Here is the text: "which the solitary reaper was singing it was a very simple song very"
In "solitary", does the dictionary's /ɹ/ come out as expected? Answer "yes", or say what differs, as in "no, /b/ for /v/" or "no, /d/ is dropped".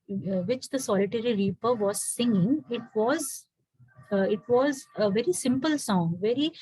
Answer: yes